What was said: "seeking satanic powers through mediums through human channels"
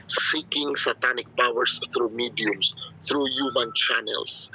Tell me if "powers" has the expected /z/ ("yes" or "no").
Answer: no